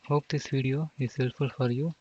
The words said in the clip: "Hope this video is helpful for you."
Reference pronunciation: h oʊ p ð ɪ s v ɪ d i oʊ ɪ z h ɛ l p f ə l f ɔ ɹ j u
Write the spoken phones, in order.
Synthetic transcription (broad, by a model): h oʊ p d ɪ s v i d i oʊ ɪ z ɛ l f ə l f ɔ ɹ j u